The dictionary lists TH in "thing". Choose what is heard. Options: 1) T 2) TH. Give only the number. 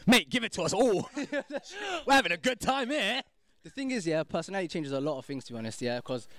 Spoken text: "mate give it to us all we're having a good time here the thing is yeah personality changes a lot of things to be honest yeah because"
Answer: 2